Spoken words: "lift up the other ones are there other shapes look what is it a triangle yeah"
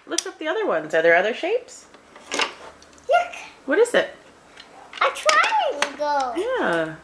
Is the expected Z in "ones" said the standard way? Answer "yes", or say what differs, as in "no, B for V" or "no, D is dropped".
yes